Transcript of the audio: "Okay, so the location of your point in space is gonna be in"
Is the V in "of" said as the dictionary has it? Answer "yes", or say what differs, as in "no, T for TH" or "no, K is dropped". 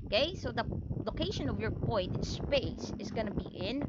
yes